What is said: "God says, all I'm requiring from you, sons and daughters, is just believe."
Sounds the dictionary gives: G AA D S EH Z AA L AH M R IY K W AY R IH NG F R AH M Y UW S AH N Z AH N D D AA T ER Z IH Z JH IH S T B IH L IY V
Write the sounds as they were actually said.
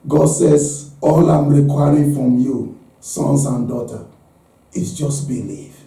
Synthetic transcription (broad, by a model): G AA D S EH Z AA L AH M R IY K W AY R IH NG F R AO M Y UW S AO N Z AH N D D AA T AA IH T JH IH S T B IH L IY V